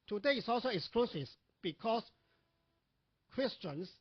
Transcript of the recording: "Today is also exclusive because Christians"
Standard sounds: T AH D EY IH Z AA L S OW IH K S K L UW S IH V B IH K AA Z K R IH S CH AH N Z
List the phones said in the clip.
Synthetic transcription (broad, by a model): T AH D EY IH S AA L S OW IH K S K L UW S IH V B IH K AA S K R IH S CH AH N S